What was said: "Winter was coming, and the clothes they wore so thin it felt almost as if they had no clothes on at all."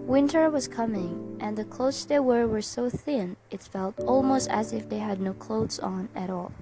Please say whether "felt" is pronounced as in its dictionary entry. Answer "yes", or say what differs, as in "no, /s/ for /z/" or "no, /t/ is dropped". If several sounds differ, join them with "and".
yes